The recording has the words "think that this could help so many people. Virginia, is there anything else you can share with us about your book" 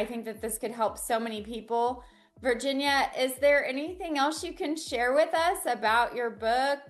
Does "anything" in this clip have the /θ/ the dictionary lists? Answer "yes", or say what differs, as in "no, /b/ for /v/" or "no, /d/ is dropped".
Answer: yes